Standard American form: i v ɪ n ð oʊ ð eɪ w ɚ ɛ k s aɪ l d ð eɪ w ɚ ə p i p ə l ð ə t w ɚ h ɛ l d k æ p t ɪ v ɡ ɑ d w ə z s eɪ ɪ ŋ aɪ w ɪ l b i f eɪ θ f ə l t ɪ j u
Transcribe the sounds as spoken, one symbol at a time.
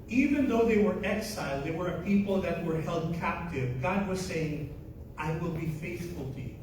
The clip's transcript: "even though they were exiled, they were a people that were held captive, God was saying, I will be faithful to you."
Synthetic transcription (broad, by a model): i v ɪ n ð oʊ ð eɪ w ɚ ɛ k s aɪ l d ð eɪ w ɚ ə p i p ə l ð ə t w ɚ h ɛ l d k æ p t ɪ v ɡ ɑ d w ə z s eɪ ɪ ŋ aɪ w ɪ l b i f eɪ θ f ə l t ɪ j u